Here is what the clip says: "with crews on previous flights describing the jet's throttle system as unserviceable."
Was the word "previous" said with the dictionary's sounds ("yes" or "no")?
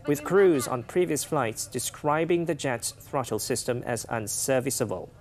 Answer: yes